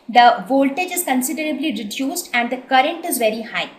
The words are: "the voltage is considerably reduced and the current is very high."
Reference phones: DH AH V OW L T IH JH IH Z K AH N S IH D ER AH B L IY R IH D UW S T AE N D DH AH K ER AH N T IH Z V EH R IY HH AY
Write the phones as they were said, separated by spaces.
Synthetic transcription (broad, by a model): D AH V OW L T IH JH IH Z K AH N S IH D ER AH B L IY R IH D UW S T AE N D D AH K ER AH N T IH Z V EH R IY HH AY